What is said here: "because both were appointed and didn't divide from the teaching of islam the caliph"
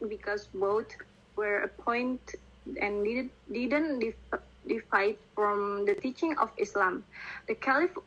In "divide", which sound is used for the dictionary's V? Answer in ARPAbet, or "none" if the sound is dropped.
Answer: F